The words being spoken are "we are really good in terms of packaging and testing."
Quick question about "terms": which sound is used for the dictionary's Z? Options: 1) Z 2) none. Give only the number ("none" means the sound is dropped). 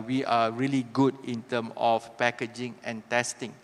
2